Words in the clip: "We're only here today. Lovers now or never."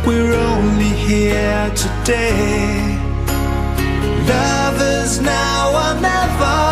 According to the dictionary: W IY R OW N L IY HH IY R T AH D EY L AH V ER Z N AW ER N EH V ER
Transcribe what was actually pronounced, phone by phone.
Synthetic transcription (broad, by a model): W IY R OW N L IY HH IY R T AH D EY L AH V ER Z N AW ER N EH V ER